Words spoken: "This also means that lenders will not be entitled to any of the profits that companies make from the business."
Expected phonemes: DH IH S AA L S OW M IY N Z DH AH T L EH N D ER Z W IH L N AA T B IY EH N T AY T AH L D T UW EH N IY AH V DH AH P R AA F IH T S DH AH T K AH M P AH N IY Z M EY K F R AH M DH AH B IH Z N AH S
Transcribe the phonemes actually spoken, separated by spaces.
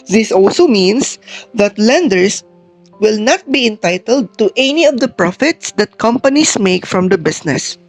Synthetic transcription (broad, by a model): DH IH S AA L S OW M IY N S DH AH T L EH N D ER S W IH L N AA T B IY EH N T AY T AH L D T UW EH N IY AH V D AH P R AA F IH T S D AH T K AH M P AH N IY S M EY K F R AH M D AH B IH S N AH S